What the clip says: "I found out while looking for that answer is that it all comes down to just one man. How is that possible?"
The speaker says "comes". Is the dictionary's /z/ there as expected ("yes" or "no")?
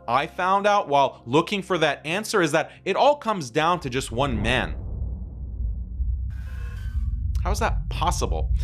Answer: yes